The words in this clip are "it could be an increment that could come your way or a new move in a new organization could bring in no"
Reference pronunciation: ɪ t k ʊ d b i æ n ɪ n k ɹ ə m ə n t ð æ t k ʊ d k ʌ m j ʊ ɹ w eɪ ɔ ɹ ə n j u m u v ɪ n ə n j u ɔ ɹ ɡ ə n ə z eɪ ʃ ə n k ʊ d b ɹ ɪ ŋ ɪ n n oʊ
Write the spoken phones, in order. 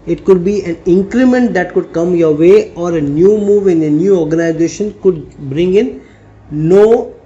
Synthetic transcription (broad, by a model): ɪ t k ʊ d b i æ n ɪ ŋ k ɹ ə m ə n t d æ t k ʊ d k ʌ m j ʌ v eɪ ɔ ɹ ə n j u m u v ɪ n ə n j u ɔ ɹ ɡ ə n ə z eɪ ʃ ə n k ʊ d b ɹ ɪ ŋ ɪ n n oʊ